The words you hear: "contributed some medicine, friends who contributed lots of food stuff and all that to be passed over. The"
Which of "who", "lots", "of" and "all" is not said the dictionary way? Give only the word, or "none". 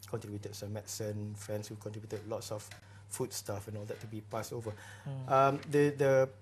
of